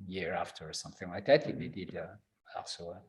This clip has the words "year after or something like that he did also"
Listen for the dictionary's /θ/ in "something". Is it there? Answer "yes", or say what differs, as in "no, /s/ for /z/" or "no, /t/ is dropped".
yes